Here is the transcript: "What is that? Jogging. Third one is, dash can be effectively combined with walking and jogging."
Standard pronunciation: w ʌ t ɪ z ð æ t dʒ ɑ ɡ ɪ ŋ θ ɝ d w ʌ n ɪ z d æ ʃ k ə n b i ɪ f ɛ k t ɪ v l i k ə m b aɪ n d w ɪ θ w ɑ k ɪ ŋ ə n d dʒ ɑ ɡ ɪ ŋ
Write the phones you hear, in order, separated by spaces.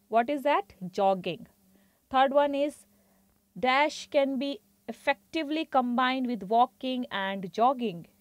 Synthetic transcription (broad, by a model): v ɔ t ɪ z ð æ t dʒ ɑ ɡ ɪ ŋ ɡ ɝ d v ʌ n ɪ z d æ ʃ k ə n b i ɪ f ɛ k t ɪ v l i k ə m b aɪ n d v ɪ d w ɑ k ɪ ŋ ə n d dʒ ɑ ɡ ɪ ŋ